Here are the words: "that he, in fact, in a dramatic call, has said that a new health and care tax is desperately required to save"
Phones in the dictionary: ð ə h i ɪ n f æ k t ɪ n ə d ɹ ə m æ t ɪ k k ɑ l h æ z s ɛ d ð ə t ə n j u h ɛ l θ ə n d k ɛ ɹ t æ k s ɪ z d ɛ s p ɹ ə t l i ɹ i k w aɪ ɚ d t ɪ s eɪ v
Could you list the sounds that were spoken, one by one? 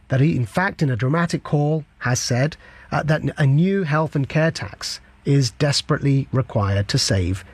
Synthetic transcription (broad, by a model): ð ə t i ɪ n f æ k t ɪ n ə d ɹ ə m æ t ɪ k k ɑ l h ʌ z s ɛ d ð ə t ə n j u h ɛ l θ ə n k ɛ ɹ t æ k s ɪ z d ɛ s p ɹ ə t l i ɹ i k w aɪ ɚ d t ɪ s eɪ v